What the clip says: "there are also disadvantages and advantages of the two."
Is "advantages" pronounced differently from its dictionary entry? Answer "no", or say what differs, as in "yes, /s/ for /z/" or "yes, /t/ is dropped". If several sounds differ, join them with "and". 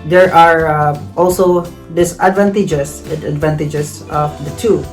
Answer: yes, /s/ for /z/